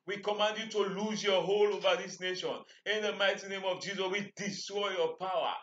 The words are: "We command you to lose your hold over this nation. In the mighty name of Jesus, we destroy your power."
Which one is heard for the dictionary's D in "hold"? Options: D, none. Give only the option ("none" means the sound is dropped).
none